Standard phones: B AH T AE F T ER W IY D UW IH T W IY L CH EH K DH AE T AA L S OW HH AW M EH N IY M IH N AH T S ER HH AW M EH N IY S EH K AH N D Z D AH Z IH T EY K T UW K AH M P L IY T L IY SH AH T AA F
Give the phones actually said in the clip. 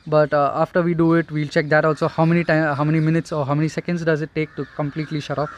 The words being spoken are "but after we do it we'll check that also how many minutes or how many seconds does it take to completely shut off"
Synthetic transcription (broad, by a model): B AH T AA F T ER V IY D UW IH T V IY L CH EH K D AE T AA L S OW HH AW M EH N IY M IH N AH T S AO HH AW M EH N IY S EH K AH N D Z D AH Z IH T EY K T UW K AH M P L IY T L IY SH AH T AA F